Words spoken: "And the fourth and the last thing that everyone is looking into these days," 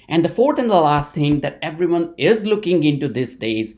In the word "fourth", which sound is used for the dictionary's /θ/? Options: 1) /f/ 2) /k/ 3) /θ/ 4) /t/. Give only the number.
4